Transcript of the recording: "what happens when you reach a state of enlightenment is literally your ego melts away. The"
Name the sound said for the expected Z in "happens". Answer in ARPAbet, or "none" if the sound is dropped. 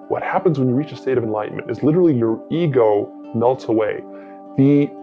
Z